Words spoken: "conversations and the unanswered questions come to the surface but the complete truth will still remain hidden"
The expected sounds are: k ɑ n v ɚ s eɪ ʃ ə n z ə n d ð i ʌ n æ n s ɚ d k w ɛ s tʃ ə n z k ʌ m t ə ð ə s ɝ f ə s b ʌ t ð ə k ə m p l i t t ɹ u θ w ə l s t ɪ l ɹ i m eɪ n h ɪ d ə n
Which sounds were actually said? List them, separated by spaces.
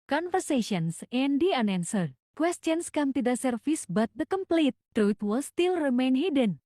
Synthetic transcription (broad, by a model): k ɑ n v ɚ s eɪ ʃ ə n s ə n d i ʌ n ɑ n s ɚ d k w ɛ s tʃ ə n s k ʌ m t ə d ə s ɝ f ə s b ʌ t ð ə k ə m p l i t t ɹ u t w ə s t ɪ l ɹ i m eɪ n h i d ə n